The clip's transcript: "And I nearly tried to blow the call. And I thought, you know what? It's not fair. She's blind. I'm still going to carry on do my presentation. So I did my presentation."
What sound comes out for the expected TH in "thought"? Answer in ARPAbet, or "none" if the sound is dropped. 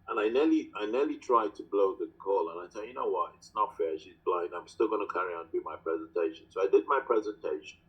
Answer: S